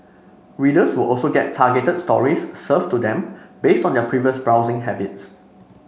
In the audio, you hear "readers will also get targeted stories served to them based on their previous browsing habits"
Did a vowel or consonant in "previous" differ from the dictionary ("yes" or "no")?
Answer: no